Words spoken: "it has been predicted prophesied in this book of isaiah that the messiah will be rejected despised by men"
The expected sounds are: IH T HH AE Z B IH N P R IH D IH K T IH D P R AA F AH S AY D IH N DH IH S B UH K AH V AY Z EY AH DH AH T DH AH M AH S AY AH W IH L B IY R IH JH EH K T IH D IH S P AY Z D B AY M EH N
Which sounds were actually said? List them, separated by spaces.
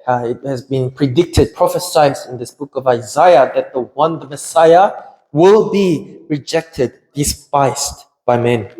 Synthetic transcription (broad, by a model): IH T HH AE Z B IH N P R IH D IH K T IH D P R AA F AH S AY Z IH N DH IH S B UH K AH V AY Z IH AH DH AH T DH AH M AH S AY AH W IH L B IY R IH JH EH K T IH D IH S P AY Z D B AY M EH N